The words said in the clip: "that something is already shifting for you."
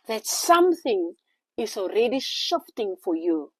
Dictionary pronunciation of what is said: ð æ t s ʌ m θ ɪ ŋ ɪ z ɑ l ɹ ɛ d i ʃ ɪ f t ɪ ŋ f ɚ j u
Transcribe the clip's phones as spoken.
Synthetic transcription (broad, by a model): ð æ t s ʌ m θ ɪ ŋ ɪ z ɑ l ɹ ɛ d i ʃ ɪ f t ɪ ŋ f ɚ j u